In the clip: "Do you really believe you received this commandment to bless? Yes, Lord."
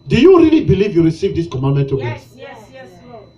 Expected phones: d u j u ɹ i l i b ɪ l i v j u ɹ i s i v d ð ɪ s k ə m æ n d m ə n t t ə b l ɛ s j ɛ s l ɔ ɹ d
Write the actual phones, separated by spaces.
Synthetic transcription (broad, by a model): d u j u ɹ i l i b ɪ l i v j u ɹ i s i v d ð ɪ s k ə m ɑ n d m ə n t t ə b ɛ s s